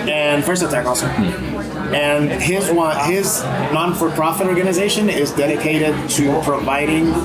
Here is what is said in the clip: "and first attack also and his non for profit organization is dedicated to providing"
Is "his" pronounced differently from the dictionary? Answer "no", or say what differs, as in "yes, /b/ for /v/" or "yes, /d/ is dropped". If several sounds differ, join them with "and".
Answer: no